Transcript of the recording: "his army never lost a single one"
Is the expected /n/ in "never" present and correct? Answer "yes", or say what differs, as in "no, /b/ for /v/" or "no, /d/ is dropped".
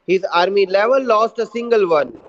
no, /l/ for /n/